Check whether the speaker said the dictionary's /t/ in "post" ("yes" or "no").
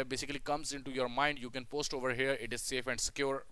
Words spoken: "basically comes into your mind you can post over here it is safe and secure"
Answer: yes